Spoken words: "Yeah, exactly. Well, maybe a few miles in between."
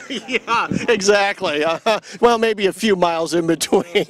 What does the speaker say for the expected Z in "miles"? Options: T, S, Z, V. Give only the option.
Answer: Z